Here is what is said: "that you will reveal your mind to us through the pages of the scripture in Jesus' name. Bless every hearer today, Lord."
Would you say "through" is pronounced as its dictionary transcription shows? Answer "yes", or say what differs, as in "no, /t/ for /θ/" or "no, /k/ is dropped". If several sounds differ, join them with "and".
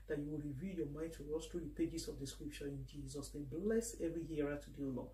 no, /t/ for /θ/